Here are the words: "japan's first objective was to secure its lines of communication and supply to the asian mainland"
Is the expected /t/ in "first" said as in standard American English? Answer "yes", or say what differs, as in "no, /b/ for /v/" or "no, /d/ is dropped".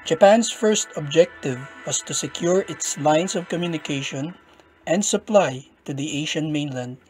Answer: yes